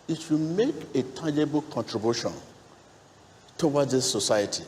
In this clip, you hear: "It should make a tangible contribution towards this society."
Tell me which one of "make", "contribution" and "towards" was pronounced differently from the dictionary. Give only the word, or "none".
towards